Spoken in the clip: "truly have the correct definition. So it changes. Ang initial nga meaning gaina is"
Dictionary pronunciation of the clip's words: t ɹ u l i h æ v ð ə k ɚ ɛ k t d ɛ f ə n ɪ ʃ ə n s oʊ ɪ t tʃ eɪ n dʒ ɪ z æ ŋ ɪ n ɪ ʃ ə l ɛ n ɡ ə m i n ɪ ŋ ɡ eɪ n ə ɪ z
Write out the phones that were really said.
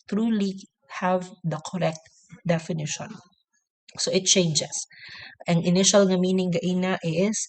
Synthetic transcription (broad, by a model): t ɹ u l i h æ v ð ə k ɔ ɛ k t d ɛ f ə n ɪ ʃ ə n s oʊ ɪ t tʃ eɪ n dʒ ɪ s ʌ ŋ ɪ n ɪ ʃ ə l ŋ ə m i n ɪ ŋ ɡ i n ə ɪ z